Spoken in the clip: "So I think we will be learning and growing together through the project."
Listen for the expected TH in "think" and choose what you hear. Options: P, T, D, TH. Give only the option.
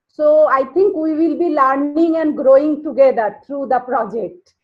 T